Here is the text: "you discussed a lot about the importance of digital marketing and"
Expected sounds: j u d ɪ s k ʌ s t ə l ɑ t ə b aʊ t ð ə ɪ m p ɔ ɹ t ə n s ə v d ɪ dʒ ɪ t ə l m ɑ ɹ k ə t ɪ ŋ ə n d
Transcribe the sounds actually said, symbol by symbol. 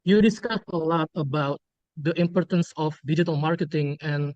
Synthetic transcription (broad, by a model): j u d ɪ s k ʌ s t ə l ɑ t ə b aʊ t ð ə ɪ m p ɔ ɹ t ə n s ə f d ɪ dʒ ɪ t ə l m ɑ ɹ k ə t ɪ ŋ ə n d